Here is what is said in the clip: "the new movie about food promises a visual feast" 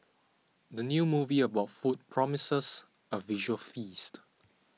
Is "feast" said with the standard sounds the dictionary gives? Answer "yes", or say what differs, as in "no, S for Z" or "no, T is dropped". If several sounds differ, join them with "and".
yes